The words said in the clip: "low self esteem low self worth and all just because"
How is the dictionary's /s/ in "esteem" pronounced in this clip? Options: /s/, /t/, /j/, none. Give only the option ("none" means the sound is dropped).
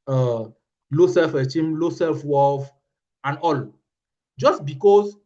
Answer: none